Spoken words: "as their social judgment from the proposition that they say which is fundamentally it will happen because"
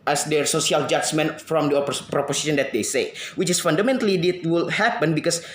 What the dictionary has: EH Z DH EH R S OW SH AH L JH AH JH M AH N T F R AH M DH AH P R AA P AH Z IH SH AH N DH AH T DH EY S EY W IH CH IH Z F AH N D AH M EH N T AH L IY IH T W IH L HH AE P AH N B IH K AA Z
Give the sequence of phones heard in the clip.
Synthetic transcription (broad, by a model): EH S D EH R S OW S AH L JH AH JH M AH N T F R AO M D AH P R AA P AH S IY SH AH N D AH T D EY S EY W IH CH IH S F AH N D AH M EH N T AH L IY IH T W IH L HH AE P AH N B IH K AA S